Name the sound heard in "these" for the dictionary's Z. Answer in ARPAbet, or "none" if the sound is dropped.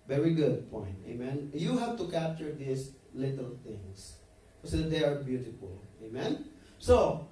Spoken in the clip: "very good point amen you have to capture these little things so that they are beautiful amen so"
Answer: S